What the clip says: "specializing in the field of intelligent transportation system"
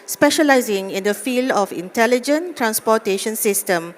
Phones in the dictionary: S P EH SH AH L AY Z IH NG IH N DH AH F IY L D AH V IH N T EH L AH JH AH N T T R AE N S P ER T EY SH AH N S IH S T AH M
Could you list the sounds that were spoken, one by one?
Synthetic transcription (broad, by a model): S P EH SH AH L AY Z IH NG IH N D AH F IY L D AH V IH N T EH L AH JH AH N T T R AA N S P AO T EY SH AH N S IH S T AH M